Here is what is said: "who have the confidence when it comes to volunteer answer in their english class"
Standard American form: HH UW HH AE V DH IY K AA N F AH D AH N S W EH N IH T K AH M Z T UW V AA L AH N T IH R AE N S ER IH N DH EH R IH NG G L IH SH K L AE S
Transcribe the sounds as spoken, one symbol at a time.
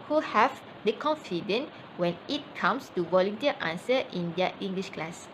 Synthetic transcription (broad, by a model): HH UW HH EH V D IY K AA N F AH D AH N W EH N IH T K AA M S T UW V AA L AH N T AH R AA N S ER IH N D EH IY NG G L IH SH K L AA S